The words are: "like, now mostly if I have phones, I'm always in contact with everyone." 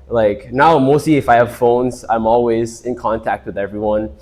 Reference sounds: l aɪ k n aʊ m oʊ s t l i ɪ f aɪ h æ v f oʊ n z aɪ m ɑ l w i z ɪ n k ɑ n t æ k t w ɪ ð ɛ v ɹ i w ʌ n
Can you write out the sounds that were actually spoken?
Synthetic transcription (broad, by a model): l aɪ k n aʊ m oʊ s t l i ɪ f aɪ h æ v f oʊ n z aɪ m ɑ l w i z ɪ n k ɑ n t æ k t w ɪ ð ɛ v ɹ i w ʌ n